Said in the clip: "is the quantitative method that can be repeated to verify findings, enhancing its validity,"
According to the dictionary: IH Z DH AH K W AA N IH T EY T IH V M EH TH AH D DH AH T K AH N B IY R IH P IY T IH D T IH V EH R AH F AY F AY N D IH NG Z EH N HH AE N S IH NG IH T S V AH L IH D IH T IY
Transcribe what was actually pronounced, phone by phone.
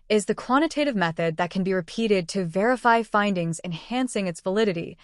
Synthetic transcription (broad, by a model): IH Z DH AH K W AA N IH T EY T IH V M EH TH AH D DH AH T K N B IY R IH P IY T IH D T IH V EH R AH F AY F AY N D IH NG Z EH N HH AE N S IH NG IH T S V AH L IH D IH T IY